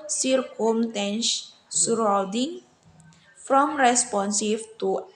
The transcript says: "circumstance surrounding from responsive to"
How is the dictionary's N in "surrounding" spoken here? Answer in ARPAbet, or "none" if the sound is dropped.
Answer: none